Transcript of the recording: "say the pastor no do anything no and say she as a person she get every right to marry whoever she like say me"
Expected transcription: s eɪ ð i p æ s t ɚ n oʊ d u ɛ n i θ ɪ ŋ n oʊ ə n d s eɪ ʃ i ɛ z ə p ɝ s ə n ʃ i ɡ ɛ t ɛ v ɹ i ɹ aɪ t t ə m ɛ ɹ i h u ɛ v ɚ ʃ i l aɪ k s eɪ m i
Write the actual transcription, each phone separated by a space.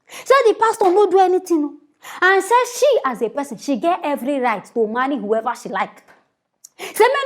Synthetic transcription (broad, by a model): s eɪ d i p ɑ s t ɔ n oʊ d u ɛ n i t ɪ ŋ n oʊ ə n s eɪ ʃ i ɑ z ə p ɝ s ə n ʃ i ɡ ɛ t ɛ v ɹ i ɹ aɪ t t ə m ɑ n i h u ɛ v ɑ ʃ i l aɪ k s eɪ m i